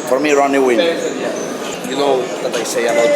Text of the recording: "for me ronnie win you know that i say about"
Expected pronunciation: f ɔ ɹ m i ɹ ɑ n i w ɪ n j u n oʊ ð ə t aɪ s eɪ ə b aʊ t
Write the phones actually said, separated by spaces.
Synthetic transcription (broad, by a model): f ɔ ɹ m i ɹ ɑ n i w ɪ n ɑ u l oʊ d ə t aɪ s eɪ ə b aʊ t